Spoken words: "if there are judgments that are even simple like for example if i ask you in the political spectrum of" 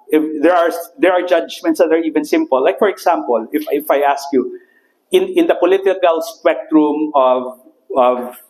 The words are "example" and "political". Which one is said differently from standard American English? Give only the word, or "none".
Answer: example